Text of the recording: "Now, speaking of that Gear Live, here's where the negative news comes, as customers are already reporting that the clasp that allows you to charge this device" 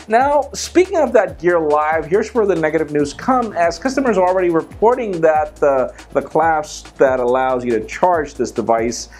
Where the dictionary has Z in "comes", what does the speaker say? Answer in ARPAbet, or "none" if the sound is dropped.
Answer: none